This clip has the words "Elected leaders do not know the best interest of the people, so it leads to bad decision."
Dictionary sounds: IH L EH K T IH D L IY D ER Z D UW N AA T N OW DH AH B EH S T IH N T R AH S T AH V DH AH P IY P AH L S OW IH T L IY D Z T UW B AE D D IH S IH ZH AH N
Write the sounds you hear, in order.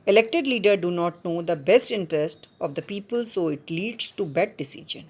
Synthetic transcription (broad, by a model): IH L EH K T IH D L IY D ER D UW N AA T N OW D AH B EH S T IH N T R AH S T AH V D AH P IY P AH L S OW IH T L IY D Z T UW B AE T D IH S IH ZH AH N